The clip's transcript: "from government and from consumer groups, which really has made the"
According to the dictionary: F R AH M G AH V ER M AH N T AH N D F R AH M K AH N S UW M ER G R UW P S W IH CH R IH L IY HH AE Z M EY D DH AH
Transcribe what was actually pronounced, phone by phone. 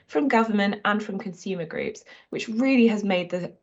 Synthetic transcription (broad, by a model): F R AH M G AH V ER M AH N T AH N F R AH M K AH N S UW M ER G R UW P S W IH CH R IH L IY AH Z M EY D DH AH